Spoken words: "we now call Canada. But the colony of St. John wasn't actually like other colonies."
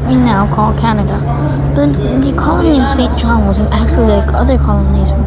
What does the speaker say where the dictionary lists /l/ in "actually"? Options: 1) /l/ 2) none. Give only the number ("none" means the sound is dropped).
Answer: 2